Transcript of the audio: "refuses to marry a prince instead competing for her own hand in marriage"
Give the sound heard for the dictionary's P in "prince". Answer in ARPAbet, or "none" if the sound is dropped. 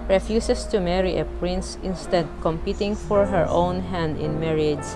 P